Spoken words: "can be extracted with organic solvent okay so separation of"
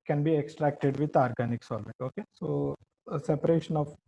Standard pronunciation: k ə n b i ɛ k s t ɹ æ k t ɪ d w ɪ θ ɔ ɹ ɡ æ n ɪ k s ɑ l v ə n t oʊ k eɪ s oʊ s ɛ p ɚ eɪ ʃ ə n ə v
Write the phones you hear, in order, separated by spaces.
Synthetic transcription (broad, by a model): k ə n b i ɛ k s t ɹ æ k t ɪ d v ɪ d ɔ ɹ ɡ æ n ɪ k s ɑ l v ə t oʊ k eɪ s oʊ s ɛ p ɚ eɪ ʃ ə n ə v